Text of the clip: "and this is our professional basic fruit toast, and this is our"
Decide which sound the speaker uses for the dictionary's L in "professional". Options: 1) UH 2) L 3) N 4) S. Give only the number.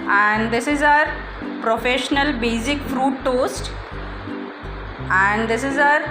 2